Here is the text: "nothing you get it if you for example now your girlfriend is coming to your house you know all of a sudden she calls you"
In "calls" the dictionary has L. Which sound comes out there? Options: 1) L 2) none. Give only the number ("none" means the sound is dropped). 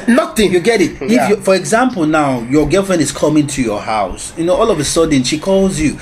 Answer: 1